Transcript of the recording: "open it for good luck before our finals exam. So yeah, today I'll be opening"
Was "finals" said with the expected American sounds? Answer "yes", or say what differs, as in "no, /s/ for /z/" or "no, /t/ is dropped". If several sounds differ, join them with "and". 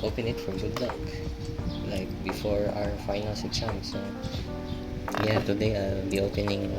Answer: no, /s/ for /z/